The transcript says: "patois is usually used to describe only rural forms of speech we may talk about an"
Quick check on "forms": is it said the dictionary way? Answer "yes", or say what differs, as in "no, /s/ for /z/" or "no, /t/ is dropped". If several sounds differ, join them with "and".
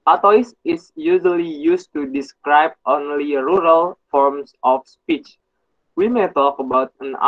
no, /s/ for /z/